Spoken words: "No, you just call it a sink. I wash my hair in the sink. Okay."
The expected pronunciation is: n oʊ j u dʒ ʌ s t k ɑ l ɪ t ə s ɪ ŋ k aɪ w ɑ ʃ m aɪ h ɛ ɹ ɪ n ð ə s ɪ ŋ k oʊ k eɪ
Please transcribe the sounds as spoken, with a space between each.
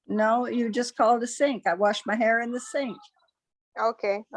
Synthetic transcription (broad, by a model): n oʊ j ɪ dʒ ʌ s k ɑ l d ə s ɪ ŋ k aɪ w ɑ ʃ m aɪ h ɛ ɹ ɪ n ð ə s ɪ ŋ k oʊ k eɪ